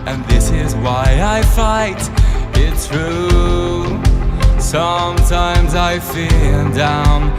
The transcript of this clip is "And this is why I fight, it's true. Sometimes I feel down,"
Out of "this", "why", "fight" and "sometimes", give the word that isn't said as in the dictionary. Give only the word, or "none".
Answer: none